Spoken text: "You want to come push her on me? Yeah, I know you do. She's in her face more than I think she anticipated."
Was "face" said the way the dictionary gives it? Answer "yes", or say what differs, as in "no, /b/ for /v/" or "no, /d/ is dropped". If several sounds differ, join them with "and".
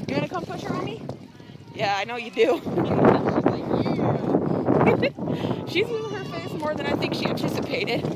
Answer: yes